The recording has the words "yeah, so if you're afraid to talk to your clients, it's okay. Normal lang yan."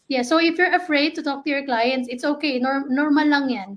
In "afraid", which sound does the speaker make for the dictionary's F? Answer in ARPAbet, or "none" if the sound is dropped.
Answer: F